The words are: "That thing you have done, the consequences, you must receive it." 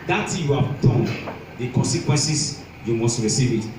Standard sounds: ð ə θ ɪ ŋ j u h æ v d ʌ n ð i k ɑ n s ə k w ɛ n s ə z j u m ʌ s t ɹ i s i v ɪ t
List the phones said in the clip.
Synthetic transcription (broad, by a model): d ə t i j u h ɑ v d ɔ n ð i k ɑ n s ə k w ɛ n s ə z j u m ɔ s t ɹ i s i v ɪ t